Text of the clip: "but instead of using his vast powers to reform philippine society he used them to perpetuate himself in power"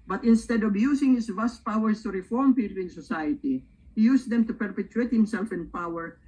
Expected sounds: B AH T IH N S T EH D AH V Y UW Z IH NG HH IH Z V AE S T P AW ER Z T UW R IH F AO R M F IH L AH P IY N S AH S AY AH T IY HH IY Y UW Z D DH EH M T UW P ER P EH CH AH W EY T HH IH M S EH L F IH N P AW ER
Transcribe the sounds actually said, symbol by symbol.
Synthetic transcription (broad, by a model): B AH T IH N S T EH D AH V Y UW S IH NG HH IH S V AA S T P AW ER S T UW R IH F AO R M P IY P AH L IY N S AH S AY AH T IY HH IY Y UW S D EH M T UW P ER P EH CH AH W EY T HH IH M S EH L F IH N P AW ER